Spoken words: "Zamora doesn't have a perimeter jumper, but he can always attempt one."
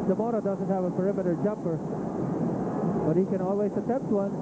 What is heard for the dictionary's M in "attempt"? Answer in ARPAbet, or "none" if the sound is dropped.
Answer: none